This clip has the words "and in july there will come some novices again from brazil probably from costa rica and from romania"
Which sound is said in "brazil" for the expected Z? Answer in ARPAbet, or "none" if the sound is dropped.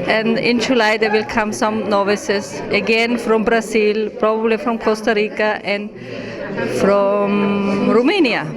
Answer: S